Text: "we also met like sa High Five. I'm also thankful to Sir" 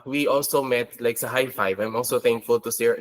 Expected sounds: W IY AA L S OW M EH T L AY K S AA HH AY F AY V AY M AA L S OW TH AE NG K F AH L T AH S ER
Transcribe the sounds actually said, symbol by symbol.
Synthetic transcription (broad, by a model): W IY AA L S OW M EH T L AY K S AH HH AY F AY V AY M AA L S OW TH AE NG K F AH L T AH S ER